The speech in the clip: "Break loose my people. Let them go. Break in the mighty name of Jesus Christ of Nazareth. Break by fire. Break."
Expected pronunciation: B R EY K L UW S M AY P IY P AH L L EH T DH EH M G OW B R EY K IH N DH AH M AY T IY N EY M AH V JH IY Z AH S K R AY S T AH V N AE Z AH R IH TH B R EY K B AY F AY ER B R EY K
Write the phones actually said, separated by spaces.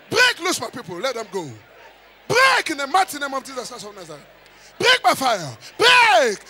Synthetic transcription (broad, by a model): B R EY K L UW S M AY P IY P AH L L EH T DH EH M G OW B R EY K IH N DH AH M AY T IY N EY M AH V JH IY Z AH S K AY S AH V N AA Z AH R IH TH B R EY K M AY F AY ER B R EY K